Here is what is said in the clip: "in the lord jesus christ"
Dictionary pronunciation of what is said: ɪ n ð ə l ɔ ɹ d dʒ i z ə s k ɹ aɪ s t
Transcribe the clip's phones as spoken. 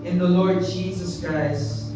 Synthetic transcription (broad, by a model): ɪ n ð ə l ɔ ɹ d dʒ i z ə s k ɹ aɪ s t